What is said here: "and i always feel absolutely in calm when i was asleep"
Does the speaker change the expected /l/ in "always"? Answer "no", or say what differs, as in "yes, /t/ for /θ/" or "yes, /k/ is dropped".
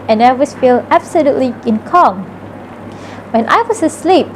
yes, /l/ is dropped